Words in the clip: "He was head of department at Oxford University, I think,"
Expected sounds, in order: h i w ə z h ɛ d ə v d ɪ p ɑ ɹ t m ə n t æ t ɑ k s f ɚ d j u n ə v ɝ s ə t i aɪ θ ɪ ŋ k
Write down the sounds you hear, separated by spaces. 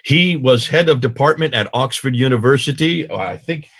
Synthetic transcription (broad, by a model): h i w ə z h ɛ d ə v d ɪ p ɑ ɹ t m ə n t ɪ t ɑ k s f ɚ d j u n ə v ɝ s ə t i aɪ θ ɪ ŋ k